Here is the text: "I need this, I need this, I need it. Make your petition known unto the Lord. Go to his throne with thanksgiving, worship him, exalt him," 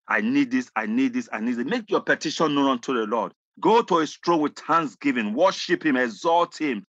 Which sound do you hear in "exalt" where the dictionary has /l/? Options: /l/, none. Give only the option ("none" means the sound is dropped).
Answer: /l/